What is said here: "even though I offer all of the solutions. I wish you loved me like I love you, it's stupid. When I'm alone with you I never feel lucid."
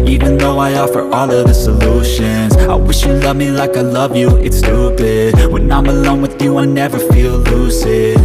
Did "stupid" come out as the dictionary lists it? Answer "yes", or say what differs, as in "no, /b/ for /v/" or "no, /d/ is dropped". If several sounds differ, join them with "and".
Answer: no, /b/ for /p/